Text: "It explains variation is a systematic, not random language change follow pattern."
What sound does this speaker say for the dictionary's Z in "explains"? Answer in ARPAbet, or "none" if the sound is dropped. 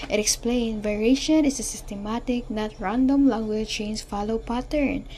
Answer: none